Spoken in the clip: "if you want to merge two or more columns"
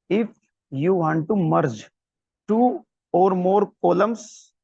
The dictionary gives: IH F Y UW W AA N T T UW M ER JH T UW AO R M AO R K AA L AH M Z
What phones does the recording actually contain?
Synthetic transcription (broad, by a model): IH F Y UW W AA N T T UW M ER JH T UW AO R M AO R K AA L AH M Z